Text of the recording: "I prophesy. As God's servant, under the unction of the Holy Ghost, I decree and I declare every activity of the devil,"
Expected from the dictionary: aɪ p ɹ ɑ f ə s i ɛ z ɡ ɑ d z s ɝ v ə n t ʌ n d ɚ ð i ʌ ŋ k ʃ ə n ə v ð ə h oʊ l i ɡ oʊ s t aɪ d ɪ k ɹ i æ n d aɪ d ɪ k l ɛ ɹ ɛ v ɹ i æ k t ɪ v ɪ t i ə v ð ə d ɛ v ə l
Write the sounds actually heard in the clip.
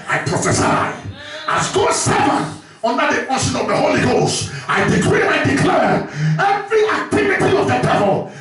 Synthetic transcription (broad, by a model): aɪ p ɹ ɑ f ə s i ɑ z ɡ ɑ s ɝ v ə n ʌ n d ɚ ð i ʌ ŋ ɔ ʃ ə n ə v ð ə h oʊ l i ɡ oʊ s t aɪ d ɪ k ɹ i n aɪ d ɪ k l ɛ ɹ ɛ v ɹ i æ k t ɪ v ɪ t i ə v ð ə d ɛ v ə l